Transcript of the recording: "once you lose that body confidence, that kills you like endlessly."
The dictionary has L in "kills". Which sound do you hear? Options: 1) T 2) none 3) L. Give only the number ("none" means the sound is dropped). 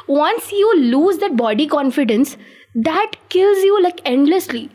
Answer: 3